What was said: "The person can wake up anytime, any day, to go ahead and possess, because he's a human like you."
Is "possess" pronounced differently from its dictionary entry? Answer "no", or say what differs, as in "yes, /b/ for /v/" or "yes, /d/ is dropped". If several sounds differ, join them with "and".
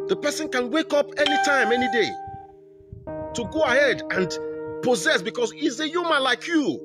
no